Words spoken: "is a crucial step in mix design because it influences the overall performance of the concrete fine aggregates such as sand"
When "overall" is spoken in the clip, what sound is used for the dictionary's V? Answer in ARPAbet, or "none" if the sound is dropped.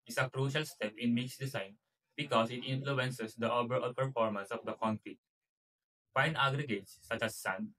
B